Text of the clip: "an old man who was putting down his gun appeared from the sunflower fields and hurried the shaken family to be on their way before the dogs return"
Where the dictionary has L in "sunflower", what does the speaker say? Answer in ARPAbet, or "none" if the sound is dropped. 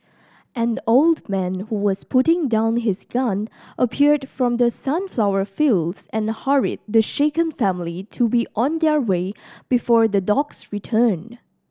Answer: L